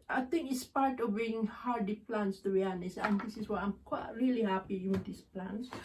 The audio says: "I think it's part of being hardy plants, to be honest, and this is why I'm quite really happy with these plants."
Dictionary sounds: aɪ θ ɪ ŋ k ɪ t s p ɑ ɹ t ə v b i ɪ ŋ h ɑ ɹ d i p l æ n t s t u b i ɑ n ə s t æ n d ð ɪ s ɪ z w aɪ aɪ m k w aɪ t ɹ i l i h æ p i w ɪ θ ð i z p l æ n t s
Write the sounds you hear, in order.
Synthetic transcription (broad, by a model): aɪ t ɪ ŋ k ɪ t s p ɑ ɹ t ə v b i ɪ ŋ h ɑ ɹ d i p l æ n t s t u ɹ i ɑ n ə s æ n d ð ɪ s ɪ s w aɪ aɪ m k w aɪ t ɹ i l i h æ p i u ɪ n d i s p l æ n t s